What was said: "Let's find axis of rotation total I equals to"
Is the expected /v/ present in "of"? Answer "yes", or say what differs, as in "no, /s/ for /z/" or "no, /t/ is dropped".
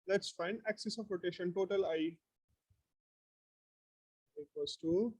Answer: no, /p/ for /v/